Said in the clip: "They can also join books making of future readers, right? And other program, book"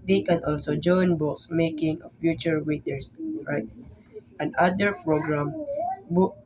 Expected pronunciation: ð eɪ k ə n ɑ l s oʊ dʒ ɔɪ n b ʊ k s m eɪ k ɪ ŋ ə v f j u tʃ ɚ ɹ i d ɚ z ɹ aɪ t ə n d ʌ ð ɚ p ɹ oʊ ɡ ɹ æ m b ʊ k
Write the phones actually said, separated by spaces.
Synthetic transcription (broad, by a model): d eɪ k ə n ɑ l s oʊ dʒ ɔɪ n b ʊ k s m eɪ k ɪ ŋ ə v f j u tʃ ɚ ɹ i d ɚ s ɹ aɪ t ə n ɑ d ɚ p ɹ oʊ ɡ ɹ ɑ m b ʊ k